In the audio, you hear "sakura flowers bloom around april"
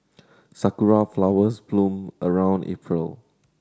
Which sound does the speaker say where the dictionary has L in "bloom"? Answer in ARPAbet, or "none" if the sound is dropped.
L